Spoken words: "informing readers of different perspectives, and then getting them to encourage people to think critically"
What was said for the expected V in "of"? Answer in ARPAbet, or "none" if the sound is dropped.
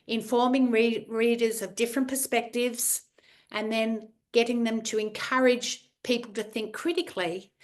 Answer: V